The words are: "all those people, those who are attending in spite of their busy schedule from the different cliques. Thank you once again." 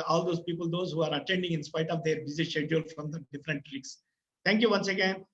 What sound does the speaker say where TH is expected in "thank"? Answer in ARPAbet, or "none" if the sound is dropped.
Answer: T